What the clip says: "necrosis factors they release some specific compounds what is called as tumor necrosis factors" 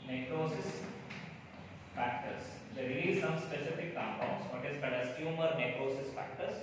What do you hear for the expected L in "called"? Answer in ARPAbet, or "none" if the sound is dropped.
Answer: none